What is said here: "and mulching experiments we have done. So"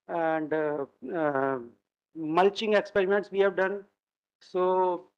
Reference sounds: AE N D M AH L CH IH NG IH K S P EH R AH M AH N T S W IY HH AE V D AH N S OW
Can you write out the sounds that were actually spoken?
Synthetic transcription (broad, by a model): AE N D M AH L CH IH NG IH K S P EH R AH M AH N T S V IY HH AE V D AH N S OW